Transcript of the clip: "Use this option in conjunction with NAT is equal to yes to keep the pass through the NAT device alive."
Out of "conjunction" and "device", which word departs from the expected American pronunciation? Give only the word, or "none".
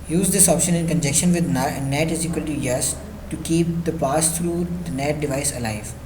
conjunction